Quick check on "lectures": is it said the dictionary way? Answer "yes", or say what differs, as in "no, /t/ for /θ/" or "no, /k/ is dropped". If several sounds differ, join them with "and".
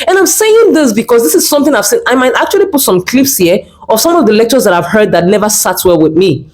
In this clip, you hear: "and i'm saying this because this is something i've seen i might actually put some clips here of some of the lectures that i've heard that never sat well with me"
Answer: yes